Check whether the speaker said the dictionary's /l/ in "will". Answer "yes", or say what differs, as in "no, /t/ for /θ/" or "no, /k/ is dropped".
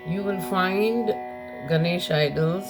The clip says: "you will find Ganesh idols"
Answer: no, /n/ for /l/